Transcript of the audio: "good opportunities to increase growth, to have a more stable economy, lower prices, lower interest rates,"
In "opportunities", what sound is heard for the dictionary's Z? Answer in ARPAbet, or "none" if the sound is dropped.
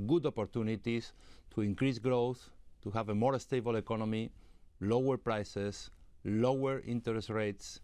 S